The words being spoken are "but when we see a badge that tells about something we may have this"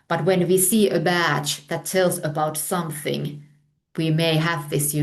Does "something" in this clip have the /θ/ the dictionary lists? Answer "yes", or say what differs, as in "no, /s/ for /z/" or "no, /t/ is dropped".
yes